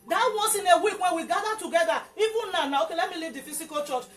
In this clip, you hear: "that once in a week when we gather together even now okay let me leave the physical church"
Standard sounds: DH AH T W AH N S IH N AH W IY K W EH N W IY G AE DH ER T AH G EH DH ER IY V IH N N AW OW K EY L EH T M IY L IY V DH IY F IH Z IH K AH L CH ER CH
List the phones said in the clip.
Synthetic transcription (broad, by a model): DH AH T W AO S IH N AH W IY K W EH N W IY G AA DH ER T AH G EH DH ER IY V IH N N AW OW K EY L EH T M IY L IY V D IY F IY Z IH K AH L CH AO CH